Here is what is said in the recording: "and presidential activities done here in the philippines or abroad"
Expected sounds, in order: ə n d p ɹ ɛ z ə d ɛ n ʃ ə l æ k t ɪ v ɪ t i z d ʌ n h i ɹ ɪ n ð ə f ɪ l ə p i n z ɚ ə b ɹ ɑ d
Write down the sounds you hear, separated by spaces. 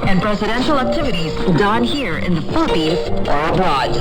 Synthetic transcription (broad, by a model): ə n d p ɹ ɛ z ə d ɛ n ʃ l æ k t ɪ v ɪ t i z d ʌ n h i ɹ ɪ n ð ə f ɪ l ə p i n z ɚ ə b ɹ ɑ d